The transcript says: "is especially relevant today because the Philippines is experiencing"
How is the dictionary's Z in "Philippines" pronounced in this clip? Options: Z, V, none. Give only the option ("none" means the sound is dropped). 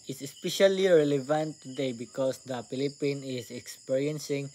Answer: none